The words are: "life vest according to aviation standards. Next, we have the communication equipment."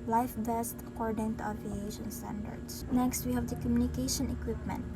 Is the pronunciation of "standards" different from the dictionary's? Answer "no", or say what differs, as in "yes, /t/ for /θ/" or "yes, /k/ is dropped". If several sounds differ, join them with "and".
yes, /s/ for /z/